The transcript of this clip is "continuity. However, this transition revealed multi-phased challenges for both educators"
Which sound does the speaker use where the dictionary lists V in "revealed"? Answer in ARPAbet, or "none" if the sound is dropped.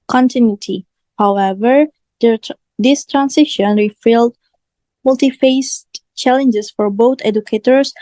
F